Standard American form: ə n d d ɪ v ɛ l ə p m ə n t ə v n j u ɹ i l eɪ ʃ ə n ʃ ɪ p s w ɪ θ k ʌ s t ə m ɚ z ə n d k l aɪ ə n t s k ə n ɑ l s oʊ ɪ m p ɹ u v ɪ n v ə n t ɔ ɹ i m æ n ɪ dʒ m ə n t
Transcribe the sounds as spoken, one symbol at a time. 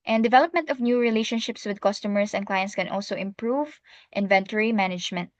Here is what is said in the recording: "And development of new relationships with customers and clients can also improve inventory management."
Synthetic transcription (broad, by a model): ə n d d ɪ v ɛ l ə p m ə n t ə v n j u ɹ i l eɪ ʃ ə n ʃ ɪ p s w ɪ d k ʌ s t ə m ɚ s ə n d k l aɪ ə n t s k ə n ɑ l s oʊ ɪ m p ɹ u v ɪ n v ə n t ɔ ɹ i m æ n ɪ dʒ m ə n t